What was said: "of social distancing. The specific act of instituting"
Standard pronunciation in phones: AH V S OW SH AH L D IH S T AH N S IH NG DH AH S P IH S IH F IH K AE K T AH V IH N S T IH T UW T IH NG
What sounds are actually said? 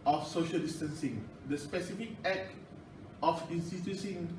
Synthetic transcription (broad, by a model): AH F S OW SH AH L D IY S T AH N S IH NG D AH S P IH S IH F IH K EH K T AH F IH N S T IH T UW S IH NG